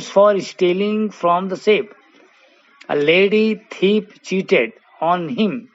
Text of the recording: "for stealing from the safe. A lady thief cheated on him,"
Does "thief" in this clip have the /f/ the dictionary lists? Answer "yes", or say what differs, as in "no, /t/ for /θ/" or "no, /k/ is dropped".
no, /p/ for /f/